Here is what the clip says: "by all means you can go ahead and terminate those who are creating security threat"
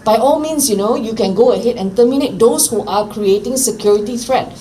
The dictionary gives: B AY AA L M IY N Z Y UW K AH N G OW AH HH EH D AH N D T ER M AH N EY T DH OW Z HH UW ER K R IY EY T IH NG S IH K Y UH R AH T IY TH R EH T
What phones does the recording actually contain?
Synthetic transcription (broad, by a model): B AY AA L M IY N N Y UW K AH N G OW AH HH EH D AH N T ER M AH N EY T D OW S HH UW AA K R IY EY T IH NG S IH K Y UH R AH T IY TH R EH T